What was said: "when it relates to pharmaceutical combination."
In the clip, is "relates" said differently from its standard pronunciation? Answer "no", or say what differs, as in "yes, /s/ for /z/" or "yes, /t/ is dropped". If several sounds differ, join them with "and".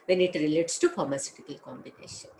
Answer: no